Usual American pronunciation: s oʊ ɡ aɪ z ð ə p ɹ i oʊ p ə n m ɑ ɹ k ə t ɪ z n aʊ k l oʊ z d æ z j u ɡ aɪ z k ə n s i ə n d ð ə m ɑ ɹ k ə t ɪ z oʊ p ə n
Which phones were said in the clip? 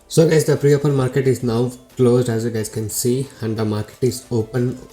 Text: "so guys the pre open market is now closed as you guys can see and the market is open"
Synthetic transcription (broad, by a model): s oʊ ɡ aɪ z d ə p ɹ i oʊ p ə n m ɑ ɹ k ə t ɪ z n aʊ k l oʊ z d æ z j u ɡ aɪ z k ə n s i ə n d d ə m ɑ ɹ k ə t ɪ z oʊ p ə n